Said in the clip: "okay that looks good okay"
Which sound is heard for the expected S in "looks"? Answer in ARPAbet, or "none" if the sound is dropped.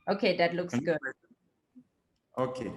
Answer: S